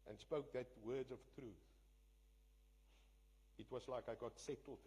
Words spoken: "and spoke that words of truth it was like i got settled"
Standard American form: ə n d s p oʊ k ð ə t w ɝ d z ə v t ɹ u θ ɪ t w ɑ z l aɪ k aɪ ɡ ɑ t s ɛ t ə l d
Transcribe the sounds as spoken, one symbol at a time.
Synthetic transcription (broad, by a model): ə n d s p oʊ k ð ə t w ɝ d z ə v t ɹ u θ ɪ t w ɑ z l aɪ k aɪ ɡ ɑ t s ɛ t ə l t